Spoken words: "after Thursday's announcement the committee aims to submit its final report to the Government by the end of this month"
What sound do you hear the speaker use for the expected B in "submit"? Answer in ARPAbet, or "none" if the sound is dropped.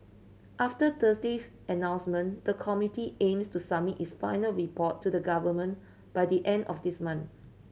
none